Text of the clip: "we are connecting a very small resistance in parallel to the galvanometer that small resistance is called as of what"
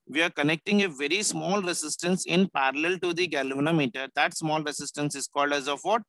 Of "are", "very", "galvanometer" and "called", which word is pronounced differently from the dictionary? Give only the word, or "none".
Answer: none